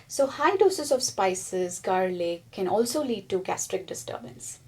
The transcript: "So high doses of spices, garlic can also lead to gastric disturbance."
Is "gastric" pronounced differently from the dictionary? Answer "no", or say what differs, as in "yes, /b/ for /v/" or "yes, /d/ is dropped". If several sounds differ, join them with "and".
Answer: no